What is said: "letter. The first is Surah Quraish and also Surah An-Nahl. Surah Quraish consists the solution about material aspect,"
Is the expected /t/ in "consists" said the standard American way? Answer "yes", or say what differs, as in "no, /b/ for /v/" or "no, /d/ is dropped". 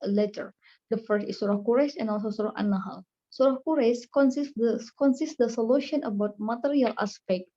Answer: no, /s/ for /t/